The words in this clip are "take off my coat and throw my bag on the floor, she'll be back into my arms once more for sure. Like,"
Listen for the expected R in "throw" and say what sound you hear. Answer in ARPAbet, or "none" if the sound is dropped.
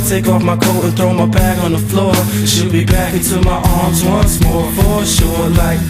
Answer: R